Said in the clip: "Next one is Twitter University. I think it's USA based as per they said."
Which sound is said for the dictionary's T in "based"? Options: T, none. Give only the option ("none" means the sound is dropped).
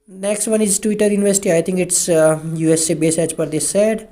none